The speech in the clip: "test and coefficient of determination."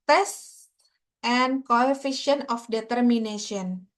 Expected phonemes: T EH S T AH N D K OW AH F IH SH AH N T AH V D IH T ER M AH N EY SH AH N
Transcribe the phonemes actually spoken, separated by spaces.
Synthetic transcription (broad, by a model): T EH S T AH N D K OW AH F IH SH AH N AH F D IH T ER M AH N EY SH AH N